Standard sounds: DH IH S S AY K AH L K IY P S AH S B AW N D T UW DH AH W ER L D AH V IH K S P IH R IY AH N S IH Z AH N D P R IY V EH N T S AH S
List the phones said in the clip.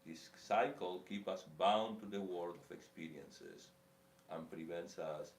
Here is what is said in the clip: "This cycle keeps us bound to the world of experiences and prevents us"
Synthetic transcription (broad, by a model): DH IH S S AY K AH L K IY P AH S B AW N T UW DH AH W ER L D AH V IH K S P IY R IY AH N S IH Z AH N P R IY V EH N T S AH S